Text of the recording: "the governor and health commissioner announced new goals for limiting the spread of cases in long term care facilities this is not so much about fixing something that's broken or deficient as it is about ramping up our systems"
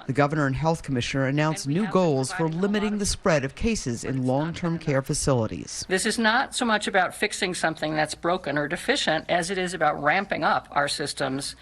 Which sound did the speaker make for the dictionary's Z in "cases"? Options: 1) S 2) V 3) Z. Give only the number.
3